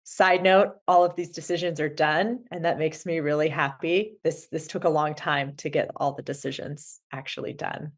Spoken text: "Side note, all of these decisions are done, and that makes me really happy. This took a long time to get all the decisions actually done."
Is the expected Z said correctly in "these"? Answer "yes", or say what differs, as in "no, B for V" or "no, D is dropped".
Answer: yes